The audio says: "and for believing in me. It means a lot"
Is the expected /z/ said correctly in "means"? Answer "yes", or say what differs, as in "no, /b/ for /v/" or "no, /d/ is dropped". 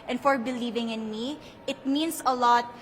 no, /s/ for /z/